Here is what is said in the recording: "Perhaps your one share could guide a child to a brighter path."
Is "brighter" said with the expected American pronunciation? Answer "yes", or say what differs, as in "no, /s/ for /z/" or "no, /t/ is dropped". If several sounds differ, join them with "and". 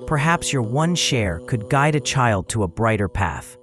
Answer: yes